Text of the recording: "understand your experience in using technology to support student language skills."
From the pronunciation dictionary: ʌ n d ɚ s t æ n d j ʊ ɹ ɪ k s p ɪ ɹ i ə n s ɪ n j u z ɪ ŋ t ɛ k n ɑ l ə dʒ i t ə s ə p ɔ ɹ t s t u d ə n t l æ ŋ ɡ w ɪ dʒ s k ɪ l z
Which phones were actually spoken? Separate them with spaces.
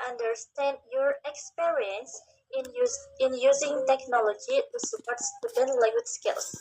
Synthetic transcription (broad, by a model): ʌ n d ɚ s t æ n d j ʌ ɹ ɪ k s p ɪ ɹ i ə n s ɪ n j u z ɪ ŋ t ɛ k n ɑ l ə dʒ i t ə s ə p ɔ ɹ t s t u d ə n l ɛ ɡ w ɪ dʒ s k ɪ l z